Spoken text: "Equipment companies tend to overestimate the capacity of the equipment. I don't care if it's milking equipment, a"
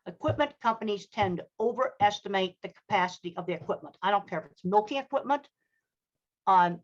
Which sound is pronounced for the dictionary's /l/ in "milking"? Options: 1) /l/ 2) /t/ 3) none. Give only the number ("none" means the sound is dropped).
1